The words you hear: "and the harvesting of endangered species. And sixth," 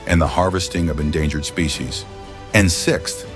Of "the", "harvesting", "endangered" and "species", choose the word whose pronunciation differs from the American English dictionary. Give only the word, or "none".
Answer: none